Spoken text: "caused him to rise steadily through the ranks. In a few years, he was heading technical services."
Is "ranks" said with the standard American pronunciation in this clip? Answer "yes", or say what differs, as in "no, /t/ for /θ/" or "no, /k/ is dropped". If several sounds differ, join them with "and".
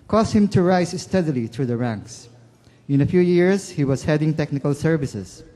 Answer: yes